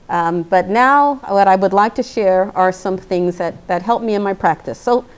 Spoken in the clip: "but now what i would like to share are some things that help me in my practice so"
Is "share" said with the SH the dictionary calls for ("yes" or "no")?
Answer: yes